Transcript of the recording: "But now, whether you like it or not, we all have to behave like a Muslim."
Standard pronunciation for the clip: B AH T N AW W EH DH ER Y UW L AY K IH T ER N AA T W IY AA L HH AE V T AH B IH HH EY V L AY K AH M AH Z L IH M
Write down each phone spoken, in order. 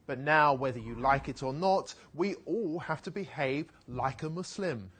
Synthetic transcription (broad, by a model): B AH T N AW W EH DH ER Y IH L AY K IH T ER N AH T W IY AA L HH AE F T AH B IH HH EY V L AY K AH M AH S L IH M